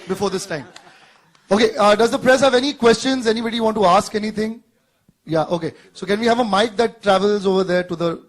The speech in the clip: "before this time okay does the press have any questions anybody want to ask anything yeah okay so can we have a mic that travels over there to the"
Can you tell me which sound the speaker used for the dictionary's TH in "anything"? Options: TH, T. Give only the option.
T